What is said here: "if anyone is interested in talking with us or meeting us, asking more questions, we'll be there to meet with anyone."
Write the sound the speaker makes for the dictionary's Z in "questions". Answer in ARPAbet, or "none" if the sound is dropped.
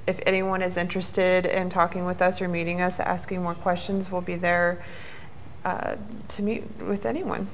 Z